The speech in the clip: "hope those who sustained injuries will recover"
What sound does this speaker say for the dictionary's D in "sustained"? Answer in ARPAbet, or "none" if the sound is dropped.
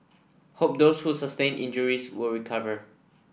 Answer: none